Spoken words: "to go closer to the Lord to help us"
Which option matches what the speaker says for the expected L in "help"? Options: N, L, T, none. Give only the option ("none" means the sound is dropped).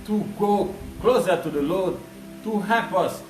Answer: none